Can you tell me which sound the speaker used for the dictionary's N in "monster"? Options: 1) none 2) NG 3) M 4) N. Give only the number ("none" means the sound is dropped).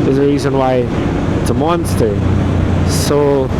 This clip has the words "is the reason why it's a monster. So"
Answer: 4